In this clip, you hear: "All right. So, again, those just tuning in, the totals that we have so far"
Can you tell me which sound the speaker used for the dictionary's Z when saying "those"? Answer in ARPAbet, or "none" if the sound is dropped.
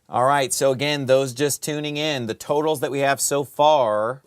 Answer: Z